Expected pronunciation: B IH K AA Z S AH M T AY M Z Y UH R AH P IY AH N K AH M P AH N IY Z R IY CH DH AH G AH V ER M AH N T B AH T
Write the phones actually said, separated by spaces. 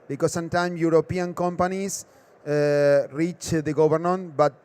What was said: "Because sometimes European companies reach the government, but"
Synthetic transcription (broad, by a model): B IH K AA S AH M T AY M Y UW R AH P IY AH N K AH M P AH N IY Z R IY CH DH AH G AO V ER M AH N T B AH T